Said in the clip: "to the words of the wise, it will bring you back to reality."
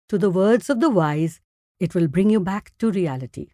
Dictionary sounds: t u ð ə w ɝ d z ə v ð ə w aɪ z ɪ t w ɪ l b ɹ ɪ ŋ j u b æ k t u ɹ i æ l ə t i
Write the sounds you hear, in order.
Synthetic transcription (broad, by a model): t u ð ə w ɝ d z ə v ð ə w aɪ z ɪ t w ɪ l b ɹ ɪ ŋ j u b æ k t u ɹ i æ l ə t i